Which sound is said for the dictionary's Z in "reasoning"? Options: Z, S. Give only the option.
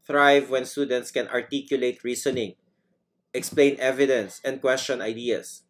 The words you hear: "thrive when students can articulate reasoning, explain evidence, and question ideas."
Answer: S